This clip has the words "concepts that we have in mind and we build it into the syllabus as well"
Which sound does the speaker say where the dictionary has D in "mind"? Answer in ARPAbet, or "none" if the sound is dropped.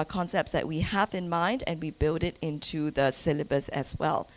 D